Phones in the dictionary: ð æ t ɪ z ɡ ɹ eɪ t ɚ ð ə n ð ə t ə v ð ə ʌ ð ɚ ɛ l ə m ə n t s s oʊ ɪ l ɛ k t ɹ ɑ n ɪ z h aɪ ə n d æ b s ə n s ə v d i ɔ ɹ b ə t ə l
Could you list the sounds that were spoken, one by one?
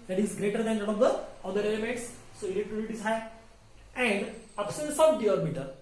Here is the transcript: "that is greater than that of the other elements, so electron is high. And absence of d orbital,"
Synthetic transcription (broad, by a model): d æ t ɪ z ɡ ɹ eɪ t ɚ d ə n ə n ə v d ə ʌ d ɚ ɛ l ə m ə n t s s oʊ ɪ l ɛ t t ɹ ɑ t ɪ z h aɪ ə n d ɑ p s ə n s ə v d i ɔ ɹ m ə t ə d